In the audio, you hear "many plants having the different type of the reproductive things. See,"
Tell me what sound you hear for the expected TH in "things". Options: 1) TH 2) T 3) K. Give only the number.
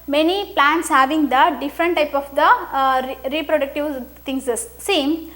2